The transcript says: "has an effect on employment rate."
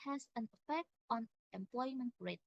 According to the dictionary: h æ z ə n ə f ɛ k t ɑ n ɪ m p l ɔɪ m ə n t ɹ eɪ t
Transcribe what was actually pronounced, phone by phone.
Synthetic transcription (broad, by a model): h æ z ə n ə f ɛ k t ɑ n ɪ m p l ɔɪ m ə n t ɹ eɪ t